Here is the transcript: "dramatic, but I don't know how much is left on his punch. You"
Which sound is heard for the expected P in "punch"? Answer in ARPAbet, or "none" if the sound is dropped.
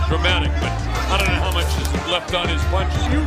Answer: B